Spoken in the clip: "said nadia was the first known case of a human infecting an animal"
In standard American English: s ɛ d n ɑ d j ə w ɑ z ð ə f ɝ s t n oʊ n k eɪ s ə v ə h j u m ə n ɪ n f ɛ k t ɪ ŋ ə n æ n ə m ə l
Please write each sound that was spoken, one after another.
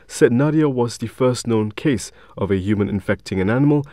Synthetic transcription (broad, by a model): s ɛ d n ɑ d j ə w ɑ z ð ə f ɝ s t n oʊ n k eɪ s ə v ə h j u m ə n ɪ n f ɛ k t ɪ ŋ ə n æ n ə m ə l